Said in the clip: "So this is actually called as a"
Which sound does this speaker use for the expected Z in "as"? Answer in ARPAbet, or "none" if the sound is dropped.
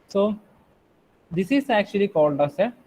S